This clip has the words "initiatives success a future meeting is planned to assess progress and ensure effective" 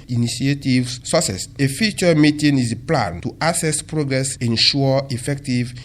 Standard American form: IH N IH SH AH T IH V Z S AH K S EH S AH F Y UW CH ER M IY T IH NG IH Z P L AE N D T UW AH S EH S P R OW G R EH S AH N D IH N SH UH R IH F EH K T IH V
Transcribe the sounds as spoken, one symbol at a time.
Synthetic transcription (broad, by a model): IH N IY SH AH T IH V S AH S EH S AH F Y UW CH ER M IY T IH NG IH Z P L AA N T UW AH S EH S P R OW G R EH S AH N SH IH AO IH F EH K T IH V